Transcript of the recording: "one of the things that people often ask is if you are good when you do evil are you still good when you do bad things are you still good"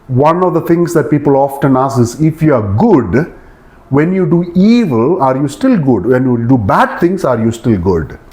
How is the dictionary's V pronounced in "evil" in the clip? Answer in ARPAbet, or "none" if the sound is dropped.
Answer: V